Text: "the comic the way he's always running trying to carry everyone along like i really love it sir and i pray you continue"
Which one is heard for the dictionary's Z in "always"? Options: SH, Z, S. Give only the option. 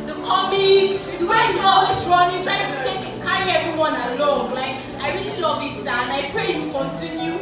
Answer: S